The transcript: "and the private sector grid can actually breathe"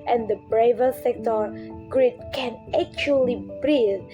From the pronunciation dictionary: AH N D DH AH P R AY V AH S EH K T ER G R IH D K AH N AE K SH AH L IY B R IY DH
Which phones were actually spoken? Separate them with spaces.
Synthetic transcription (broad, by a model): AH N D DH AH B R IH V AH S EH K T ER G R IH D K AH N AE K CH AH L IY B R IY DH